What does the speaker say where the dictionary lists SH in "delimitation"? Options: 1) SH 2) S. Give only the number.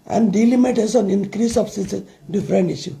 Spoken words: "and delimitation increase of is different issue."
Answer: 2